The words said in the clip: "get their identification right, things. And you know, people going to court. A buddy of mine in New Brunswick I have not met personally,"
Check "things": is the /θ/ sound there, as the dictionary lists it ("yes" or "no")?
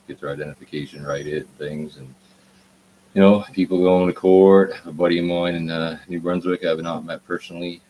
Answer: yes